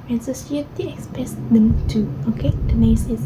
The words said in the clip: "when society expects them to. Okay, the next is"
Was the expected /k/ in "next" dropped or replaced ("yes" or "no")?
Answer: yes